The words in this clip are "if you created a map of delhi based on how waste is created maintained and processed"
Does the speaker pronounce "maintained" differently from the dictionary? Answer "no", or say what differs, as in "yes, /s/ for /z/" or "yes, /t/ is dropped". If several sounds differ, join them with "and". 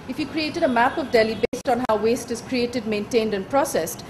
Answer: no